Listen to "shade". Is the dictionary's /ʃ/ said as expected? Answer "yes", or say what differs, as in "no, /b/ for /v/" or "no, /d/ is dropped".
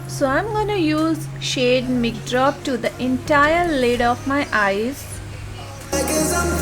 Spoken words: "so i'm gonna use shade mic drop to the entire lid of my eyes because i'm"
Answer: yes